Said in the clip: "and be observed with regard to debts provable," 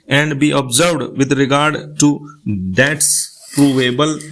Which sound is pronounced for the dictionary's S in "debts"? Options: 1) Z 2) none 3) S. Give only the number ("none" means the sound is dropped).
3